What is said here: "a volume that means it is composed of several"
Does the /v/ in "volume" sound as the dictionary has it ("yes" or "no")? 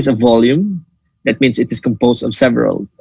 yes